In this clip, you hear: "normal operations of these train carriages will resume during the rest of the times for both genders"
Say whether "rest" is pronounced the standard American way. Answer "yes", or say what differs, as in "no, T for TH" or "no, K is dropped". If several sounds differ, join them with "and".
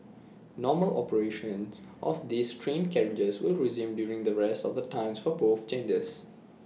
yes